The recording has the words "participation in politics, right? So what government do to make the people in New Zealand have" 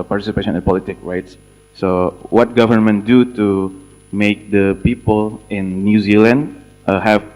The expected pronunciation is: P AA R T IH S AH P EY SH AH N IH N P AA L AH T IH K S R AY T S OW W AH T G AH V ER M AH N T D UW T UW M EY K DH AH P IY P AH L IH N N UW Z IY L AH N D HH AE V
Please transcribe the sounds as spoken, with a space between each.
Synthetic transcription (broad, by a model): P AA R T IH S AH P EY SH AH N IH N P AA L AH T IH K R AY T S OW W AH T G AH V ER M AH N T D UW T UW M EY K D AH P IY P AH L IH N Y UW Z IY L AH N D HH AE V